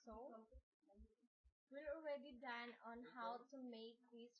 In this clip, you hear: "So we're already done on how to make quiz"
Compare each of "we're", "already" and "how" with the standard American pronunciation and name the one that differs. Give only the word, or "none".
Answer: we're